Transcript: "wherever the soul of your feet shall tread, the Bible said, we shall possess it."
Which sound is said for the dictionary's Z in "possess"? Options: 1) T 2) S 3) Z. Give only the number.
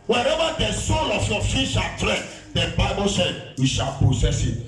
2